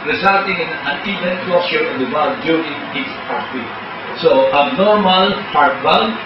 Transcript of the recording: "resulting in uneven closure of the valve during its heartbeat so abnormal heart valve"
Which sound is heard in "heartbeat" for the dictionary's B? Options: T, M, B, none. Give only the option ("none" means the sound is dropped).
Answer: none